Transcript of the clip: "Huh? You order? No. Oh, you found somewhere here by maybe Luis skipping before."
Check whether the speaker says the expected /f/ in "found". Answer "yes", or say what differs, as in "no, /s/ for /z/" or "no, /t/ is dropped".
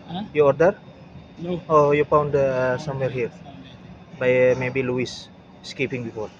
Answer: no, /p/ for /f/